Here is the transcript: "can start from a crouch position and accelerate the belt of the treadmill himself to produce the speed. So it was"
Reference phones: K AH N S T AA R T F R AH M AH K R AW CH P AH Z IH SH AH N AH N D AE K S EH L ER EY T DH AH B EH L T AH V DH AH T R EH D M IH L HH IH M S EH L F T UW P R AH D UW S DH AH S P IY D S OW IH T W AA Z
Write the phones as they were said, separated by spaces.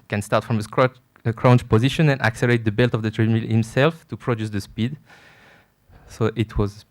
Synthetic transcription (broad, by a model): K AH N S T AA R T F R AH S AH K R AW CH P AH Z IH SH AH N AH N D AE K S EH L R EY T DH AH B EH L T AH V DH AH T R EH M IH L HH IH M S EH L F T UW P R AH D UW S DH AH S P IY D S OW IH T W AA Z